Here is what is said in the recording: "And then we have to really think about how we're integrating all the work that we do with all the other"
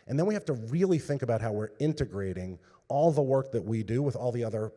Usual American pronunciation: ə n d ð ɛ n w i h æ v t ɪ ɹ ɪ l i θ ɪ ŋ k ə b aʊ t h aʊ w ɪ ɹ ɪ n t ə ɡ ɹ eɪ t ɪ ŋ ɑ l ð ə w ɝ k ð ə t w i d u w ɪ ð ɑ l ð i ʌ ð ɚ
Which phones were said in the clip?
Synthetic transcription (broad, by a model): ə n ð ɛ n w i h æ f t ɪ ɹ ɪ l i θ ɪ ŋ k ə b aʊ t h aʊ w ɪ ɹ ɪ n t ə ɡ ɹ eɪ t ɪ ŋ ɑ l ð ə w ɝ k ð ə t w i d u w ɪ ð ɑ l ð i ʌ ð ɚ